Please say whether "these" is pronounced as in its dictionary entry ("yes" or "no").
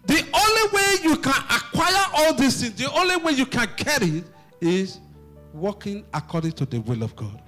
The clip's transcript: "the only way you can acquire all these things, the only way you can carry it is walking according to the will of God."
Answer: no